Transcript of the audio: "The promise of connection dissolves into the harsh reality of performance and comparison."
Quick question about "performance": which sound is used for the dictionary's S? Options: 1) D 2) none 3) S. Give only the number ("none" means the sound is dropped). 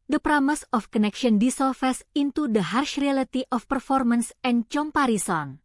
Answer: 3